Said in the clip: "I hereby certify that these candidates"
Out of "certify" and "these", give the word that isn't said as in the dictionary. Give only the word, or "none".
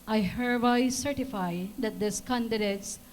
these